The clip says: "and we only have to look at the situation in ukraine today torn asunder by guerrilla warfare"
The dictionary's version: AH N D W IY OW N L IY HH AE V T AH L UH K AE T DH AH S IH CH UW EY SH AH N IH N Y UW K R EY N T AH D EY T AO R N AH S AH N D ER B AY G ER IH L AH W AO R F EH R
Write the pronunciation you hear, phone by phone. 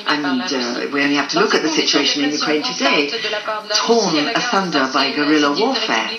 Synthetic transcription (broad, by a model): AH N W IY OW N L IY HH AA F T AH L UH K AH T DH AH S IH CH UW EY SH AH N IH N Y UW K R EY N T AH D EY T AO N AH TH AH N D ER B AY G ER IH L AH W AO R F EH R